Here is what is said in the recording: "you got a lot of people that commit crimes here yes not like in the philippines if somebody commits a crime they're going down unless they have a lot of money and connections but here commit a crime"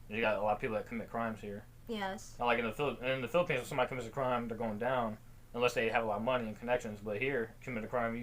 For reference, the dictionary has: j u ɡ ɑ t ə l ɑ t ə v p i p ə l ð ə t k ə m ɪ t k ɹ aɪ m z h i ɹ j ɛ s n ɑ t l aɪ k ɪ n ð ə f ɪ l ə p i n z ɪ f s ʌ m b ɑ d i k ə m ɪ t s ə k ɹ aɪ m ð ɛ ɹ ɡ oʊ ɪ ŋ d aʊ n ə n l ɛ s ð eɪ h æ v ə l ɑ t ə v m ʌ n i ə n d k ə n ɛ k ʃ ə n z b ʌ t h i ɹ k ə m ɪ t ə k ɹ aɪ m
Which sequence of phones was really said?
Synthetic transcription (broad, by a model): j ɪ ɡ ɑ t ə l ɑ t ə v p i p l ð ə t k ə m ɪ t k ɹ aɪ m z h i ɹ j ɛ s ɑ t l aɪ k ɪ n ð ə f ɪ l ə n n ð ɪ f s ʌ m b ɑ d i k ə m ɪ t s ə k ɹ aɪ m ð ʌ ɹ ɡ oʊ ɪ ŋ d aʊ n ə n l ɛ s ð eɪ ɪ v ə l ɑ t ə v m ʌ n i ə n k ə n ɛ k ʃ ə n z b ʌ t h i ɹ k ə m ɪ t ə k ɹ aɪ m